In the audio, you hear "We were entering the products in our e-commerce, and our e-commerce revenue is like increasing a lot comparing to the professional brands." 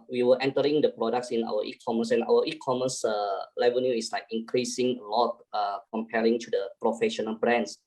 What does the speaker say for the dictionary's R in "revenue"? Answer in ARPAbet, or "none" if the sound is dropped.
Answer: L